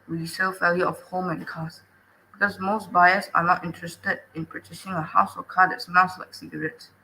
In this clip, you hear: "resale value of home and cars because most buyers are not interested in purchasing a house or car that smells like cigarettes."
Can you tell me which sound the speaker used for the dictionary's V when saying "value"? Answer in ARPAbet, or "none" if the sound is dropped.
F